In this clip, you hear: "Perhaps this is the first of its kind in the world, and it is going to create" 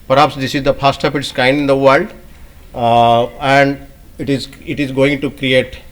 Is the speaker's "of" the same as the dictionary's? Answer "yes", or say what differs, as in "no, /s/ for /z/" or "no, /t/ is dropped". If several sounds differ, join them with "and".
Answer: no, /p/ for /v/